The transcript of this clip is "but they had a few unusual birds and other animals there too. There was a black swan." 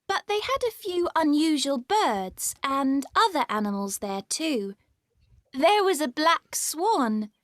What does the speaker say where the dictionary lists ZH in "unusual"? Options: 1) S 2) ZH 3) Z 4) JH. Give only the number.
2